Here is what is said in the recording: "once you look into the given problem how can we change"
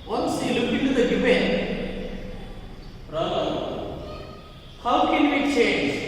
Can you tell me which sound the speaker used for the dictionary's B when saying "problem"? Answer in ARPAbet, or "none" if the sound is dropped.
none